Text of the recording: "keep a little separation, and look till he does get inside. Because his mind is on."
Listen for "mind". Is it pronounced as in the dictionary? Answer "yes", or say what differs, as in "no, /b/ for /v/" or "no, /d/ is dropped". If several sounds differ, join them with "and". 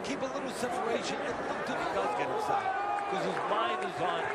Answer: no, /d/ is dropped